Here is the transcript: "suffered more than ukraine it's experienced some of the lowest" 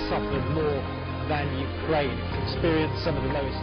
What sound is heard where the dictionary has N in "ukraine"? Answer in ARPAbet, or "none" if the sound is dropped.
none